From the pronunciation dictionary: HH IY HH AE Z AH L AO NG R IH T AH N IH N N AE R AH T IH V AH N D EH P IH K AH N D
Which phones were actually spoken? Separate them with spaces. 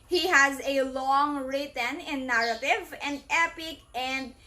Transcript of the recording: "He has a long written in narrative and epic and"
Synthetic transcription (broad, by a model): HH IY HH AE Z AH L AO NG R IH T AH N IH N N AE R AH T IH V AH N D EH P IH K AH N D